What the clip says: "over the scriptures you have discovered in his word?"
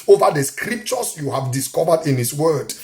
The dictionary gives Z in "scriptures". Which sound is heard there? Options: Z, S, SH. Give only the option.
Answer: S